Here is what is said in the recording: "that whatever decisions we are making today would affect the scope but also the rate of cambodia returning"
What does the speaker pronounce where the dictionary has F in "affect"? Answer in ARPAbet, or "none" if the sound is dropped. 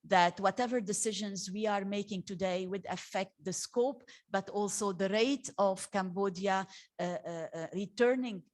F